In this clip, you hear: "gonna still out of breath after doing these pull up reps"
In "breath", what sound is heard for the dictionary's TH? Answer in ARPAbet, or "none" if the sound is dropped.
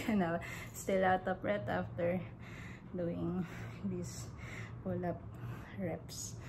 T